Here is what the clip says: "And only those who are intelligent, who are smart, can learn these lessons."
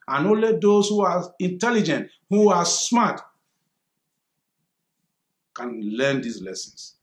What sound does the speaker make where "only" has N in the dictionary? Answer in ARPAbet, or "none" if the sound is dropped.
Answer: none